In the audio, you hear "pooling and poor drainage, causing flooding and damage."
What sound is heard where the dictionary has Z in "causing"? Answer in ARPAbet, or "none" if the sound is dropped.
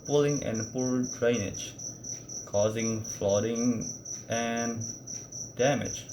Z